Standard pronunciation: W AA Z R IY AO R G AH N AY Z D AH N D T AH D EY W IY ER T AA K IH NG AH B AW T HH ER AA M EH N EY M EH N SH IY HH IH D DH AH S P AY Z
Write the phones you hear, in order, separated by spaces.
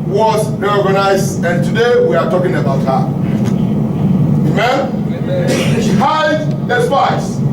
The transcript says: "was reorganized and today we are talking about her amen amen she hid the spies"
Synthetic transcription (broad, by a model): W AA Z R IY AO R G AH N AY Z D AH N T AH D EY W IY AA T AA K IH NG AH AW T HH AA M EY M EH N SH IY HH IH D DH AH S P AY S